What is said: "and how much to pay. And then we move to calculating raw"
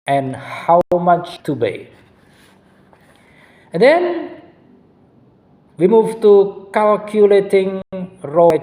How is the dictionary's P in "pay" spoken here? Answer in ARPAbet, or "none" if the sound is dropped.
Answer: B